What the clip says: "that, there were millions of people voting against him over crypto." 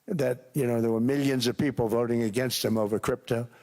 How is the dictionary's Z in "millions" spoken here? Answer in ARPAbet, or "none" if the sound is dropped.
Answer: Z